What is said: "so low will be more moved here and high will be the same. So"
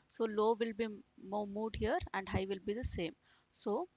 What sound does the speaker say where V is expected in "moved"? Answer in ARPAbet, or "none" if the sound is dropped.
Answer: none